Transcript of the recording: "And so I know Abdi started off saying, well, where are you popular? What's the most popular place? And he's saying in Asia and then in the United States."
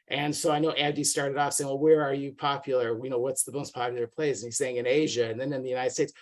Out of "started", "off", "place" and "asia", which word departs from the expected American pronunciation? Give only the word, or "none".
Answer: none